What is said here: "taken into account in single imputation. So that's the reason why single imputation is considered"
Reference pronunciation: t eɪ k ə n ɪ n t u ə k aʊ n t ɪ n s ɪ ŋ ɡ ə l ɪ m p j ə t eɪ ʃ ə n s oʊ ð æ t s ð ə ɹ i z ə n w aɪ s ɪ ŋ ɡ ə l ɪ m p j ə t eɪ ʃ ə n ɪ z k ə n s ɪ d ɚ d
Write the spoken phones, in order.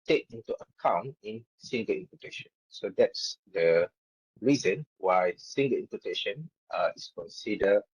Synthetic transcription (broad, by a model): t eɪ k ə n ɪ n t u ə k aʊ n t ɪ n s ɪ ŋ ɡ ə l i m p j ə t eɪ ʃ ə n s oʊ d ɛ t s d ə ɹ i z ə n w aɪ s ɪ ŋ ɡ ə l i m p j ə t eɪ ʃ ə n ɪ s k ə n s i d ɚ